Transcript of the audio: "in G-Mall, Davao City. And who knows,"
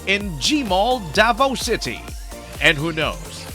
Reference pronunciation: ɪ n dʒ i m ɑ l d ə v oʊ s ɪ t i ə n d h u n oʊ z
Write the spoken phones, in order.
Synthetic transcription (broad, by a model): ɪ n dʒ i m ɑ l d ə v oʊ s ɪ t i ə n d h u n oʊ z